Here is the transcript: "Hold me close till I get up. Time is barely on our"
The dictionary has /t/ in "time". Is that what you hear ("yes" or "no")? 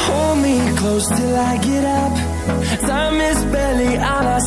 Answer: no